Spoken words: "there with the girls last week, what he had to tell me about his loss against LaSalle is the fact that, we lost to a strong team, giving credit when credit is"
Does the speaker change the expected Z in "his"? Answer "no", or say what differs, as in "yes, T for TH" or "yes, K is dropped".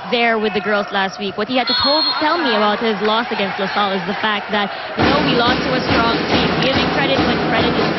no